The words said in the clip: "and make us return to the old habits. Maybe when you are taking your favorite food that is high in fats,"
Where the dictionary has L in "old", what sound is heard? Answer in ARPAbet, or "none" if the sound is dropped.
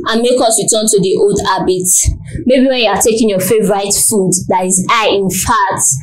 L